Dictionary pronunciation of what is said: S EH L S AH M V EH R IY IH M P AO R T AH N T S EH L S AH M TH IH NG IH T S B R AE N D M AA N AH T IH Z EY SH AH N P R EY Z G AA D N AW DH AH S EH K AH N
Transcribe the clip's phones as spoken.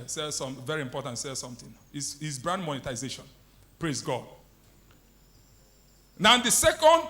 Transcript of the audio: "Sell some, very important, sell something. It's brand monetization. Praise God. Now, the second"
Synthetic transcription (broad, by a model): S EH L S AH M V EH R IY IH M P AO T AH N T S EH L S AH M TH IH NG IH S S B R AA N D M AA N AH T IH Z EY SH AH N P R EY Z G AA D N AW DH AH S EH K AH N